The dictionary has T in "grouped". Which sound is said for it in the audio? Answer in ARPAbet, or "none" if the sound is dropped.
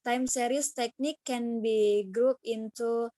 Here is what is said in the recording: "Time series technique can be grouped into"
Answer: none